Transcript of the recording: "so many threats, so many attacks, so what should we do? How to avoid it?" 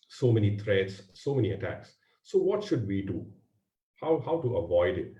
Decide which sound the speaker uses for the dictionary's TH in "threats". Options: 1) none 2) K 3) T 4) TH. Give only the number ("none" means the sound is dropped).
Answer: 3